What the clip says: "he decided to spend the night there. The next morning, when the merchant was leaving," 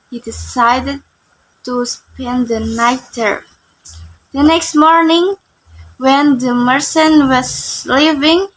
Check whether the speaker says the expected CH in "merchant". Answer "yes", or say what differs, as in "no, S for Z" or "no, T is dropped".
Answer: no, S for CH